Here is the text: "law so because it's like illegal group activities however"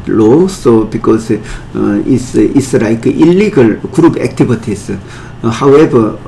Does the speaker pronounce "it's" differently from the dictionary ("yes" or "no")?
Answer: yes